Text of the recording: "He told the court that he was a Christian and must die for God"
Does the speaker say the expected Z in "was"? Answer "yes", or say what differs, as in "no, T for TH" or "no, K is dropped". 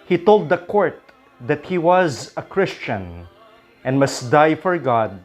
yes